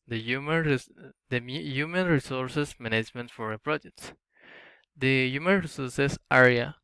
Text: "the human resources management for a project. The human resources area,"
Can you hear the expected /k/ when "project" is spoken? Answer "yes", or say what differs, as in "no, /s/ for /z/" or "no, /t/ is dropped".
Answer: yes